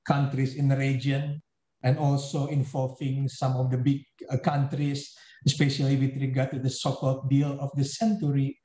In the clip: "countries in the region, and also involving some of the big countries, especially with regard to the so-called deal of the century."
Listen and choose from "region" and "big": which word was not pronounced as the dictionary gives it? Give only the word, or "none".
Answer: region